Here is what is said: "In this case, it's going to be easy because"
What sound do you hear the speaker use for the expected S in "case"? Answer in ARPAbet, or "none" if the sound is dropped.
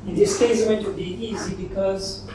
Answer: none